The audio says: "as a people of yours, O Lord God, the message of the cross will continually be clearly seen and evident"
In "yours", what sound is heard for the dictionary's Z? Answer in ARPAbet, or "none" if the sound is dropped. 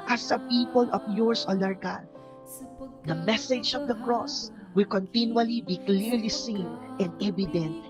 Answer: S